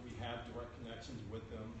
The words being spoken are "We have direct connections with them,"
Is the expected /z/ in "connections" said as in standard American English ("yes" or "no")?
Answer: yes